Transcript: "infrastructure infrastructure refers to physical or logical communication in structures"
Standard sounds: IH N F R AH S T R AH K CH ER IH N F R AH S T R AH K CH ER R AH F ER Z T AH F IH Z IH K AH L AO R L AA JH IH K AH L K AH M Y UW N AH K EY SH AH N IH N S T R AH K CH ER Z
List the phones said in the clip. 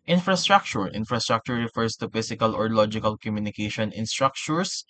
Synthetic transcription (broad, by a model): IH N F R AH S T R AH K CH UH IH N F R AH S T R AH K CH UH R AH F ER S T AH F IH S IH K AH L AO R L AA JH IH K AH L K AH M Y UW N AH K EY SH AH N IH N S T R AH K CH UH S